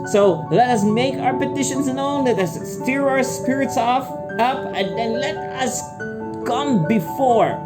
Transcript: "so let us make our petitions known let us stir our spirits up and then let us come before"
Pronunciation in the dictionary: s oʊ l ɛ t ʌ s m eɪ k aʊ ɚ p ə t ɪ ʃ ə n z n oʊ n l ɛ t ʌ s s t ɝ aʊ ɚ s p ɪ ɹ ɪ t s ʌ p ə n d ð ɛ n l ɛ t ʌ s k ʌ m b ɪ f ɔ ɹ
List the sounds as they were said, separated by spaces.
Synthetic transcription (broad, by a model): s oʊ l ɛ t ʌ s m eɪ k aʊ ɚ p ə t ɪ ʃ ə n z n oʊ n l ɛ t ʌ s s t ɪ aʊ ɚ s p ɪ ɹ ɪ t s ʌ p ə n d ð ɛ n l ɛ t ʌ s k ʌ m b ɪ f ɔ ɹ